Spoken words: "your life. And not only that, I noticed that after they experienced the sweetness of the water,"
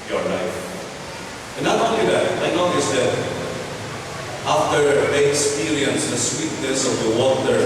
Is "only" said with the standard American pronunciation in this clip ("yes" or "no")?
no